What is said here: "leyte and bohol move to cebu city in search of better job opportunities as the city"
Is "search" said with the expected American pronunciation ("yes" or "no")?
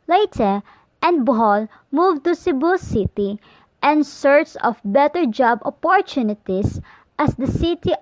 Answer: no